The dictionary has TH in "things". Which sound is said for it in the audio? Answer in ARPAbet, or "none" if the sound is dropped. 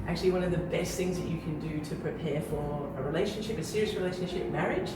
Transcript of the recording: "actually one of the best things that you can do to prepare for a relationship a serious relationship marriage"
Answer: TH